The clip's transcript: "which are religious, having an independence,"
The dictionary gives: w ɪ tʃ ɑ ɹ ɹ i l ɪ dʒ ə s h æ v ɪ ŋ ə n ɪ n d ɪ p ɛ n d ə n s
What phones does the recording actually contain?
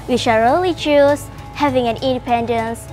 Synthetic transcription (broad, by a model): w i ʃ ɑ l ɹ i l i tʃ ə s h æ v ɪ ŋ ə n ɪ n d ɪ p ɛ n d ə n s